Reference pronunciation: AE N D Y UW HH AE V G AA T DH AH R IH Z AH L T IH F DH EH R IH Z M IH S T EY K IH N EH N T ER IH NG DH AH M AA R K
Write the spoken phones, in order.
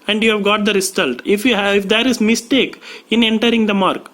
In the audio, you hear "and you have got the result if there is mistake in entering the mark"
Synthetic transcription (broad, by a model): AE N D Y UW HH AE V G AA T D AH R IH S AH L T IH F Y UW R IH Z M IH S T EY K IH N EH N T ER IH NG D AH M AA R K